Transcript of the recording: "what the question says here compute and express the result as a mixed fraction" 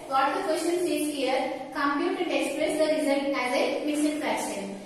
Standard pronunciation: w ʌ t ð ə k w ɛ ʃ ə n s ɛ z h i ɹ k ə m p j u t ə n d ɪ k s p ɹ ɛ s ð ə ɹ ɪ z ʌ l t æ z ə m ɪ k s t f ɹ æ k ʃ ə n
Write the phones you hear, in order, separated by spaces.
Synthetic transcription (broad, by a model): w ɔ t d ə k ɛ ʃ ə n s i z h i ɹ k ə m p j u t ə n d ɪ k s p ɹ ɛ s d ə ɹ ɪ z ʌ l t æ z ə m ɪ s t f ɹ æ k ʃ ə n